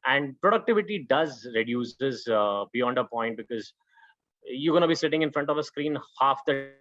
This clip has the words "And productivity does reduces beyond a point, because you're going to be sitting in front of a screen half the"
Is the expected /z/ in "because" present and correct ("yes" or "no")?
yes